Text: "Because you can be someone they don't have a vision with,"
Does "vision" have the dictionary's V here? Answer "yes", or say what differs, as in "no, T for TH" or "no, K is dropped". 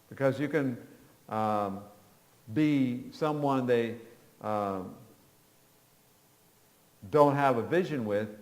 yes